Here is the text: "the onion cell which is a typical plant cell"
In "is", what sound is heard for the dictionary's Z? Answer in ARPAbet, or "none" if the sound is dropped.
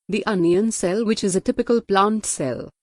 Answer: Z